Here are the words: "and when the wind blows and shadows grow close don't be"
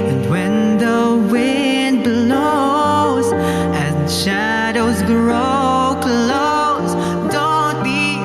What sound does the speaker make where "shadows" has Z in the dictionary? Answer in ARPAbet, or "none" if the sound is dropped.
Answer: Z